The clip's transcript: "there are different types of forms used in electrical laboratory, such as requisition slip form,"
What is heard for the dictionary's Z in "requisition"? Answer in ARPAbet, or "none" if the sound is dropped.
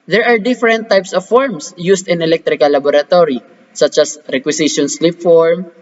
S